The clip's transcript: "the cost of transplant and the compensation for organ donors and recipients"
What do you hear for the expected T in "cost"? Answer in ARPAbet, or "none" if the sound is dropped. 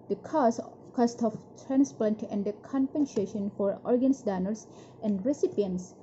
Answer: T